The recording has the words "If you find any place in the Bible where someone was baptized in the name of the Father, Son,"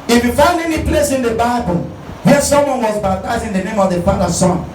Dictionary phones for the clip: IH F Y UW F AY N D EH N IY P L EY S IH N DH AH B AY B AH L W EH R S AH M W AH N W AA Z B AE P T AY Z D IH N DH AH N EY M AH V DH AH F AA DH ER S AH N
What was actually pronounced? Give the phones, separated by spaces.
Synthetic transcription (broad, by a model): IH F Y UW F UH N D EH N IY P L EY S IH N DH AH B AY B AH L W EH S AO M W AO N W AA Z B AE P T AY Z IH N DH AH N EY M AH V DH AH F AA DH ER S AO N